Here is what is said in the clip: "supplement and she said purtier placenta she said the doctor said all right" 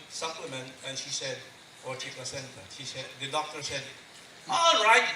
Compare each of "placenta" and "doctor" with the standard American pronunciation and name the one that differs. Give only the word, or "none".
placenta